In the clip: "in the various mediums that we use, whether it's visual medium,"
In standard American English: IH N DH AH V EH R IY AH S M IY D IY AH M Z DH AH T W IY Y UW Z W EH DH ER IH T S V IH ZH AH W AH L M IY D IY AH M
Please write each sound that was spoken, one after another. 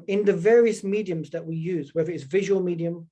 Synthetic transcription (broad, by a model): IH N DH AH V EH R IY AH S M IY D IY AH M Z DH AH T W IY Y UW Z W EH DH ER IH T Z V IH ZH AH W AH L M IY D IY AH M